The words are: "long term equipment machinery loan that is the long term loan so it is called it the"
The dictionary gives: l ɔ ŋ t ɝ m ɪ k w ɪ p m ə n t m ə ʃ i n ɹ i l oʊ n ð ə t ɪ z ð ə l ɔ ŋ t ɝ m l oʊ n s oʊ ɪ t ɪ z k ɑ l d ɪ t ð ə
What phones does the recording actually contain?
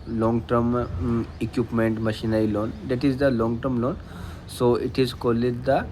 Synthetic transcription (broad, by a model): l ɔ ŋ t ɝ m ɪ k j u p m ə n t m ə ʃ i n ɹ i l oʊ n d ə t ɪ z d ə l ɔ ŋ t ɝ m l oʊ n s oʊ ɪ t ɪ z k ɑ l ɪ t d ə